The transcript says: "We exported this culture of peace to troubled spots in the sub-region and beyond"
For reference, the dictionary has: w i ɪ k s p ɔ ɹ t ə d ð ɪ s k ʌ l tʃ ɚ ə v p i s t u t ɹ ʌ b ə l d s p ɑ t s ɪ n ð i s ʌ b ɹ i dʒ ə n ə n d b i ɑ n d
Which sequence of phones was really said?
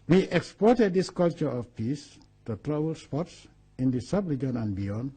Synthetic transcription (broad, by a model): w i ɪ k s p ɔ ɹ t ə d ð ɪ s k ʌ l tʃ ɚ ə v p i s t u t ɹ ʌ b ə l s p ɑ t s ɪ n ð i s ʌ b l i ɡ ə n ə n b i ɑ n